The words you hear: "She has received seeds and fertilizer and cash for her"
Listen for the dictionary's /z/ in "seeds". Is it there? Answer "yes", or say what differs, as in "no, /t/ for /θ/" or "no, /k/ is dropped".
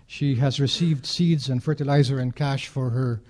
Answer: yes